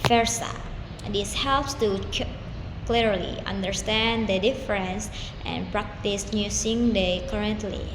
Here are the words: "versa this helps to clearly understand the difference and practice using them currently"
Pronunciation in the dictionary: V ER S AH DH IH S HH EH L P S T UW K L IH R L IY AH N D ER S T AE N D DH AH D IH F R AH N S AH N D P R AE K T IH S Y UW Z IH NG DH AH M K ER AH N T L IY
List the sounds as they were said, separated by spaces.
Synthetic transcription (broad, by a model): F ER S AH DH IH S HH EH L P S T UW K L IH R L IY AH N D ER S T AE N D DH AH D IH F R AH N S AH N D P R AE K T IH S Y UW S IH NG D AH K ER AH N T L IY